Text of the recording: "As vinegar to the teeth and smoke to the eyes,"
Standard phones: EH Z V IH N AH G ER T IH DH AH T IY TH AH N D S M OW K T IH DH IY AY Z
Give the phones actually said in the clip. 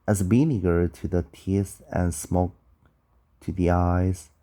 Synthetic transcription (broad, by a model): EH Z B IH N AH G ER T IH DH AH T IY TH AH N S M OW K T IH DH IY AY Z